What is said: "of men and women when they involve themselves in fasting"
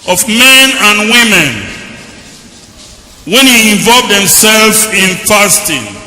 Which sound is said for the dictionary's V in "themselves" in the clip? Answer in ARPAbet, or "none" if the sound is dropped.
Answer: none